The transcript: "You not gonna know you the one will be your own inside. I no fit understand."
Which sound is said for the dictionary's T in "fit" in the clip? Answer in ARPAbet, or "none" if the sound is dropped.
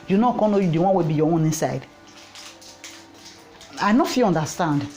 none